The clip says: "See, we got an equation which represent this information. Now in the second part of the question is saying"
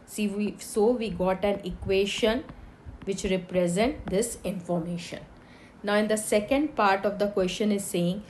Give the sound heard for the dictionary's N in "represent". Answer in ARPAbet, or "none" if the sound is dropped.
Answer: N